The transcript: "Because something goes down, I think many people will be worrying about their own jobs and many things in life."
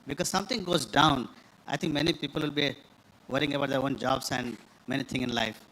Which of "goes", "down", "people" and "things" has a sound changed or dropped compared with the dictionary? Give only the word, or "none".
things